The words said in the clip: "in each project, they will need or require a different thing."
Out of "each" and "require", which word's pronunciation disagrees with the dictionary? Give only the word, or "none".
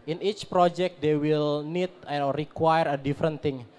none